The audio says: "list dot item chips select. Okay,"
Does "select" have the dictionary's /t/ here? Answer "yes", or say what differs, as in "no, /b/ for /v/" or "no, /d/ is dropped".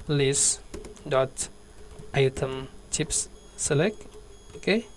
no, /t/ is dropped